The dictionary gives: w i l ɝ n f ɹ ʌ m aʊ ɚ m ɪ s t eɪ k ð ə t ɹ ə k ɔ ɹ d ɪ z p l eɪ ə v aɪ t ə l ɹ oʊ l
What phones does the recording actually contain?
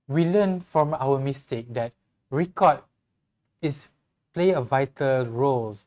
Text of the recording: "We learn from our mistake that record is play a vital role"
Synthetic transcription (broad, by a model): w i l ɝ n f ɹ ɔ m aʊ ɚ m ɪ s t eɪ k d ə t ɹ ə k ɔ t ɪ s p l eɪ ə v aɪ t ə l ɹ oʊ l